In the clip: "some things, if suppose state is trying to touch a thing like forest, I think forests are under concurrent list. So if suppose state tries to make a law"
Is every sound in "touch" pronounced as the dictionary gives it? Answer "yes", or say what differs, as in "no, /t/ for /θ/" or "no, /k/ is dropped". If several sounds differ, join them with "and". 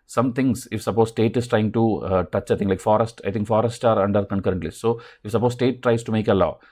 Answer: yes